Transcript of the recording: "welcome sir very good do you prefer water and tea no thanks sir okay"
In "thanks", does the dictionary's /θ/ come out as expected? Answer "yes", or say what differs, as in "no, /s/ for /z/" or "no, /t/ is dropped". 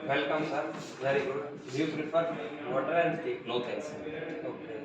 no, /t/ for /θ/